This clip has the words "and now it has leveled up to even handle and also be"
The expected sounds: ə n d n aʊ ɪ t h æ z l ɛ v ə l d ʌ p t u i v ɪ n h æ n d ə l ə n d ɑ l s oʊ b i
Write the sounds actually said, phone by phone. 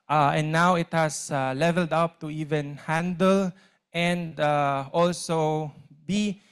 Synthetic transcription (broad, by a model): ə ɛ n aʊ ɪ t h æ s l ɛ v ə l d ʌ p t u i v ɪ n h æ n d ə l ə n d ɑ l s oʊ b i